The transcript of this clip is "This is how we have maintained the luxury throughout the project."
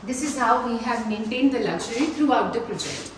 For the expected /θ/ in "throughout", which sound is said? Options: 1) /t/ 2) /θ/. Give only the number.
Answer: 1